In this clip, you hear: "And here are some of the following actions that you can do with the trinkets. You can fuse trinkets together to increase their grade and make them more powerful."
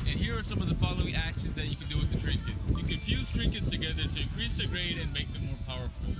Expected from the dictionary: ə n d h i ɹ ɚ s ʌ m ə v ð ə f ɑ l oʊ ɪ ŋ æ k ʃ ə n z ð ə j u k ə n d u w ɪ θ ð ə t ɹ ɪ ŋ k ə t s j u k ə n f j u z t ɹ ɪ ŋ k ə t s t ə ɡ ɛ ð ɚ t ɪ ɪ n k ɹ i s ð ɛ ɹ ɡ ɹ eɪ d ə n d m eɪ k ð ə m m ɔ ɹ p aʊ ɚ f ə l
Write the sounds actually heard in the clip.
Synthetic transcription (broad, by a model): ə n h i ɹ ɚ s ʌ m ə v ð ə f ɑ l oʊ ɪ ŋ æ k ʃ ə n z ð ə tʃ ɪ k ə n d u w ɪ ð ə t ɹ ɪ ŋ k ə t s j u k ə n f j u z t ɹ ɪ ŋ k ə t s t ə ɡ ɛ ð ɚ t ɪ ɪ n k ɹ i s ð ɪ ɡ ɹ eɪ d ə n m eɪ k ð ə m m ɔ ɹ p aʊ ɚ f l